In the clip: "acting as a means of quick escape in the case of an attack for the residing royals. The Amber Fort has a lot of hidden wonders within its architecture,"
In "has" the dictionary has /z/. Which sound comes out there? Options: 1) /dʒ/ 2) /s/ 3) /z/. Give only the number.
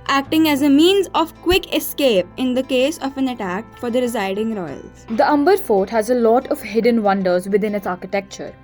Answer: 3